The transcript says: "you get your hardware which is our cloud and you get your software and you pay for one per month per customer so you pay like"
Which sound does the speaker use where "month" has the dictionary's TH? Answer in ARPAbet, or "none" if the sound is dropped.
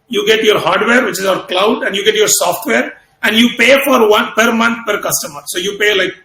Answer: T